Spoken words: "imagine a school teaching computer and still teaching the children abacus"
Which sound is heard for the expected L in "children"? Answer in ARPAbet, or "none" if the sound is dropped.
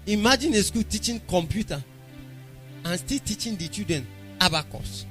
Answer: none